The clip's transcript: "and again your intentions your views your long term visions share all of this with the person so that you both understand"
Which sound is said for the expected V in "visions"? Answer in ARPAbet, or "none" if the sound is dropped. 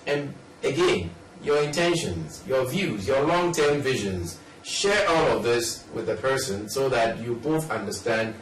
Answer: V